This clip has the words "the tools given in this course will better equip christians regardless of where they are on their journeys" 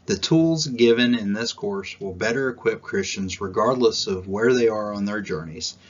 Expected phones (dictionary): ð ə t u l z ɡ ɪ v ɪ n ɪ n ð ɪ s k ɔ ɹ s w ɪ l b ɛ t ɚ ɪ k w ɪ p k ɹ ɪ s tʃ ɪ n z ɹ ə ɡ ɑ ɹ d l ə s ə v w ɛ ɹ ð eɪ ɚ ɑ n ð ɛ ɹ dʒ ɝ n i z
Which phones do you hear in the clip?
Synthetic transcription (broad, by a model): ð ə t u l z ɡ ɪ v ɪ n ɪ n ð ɪ s k ɔ ɹ s w ɪ l b ɛ t ɚ ɪ k w ɪ p k ɹ ɪ s tʃ ɪ n z ɹ ə ɡ ɑ ɹ d l ə s ə v w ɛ ɹ ð eɪ ɚ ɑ n ð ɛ ɹ dʒ ɝ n i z